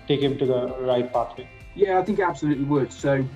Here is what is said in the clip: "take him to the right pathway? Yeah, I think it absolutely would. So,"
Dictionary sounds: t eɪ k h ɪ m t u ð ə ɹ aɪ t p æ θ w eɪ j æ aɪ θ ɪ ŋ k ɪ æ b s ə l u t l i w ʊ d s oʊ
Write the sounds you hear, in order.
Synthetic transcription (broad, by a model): t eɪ k h ɪ m t u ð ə ɹ aɪ t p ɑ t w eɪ j æ aɪ θ ɪ ŋ k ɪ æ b s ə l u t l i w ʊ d s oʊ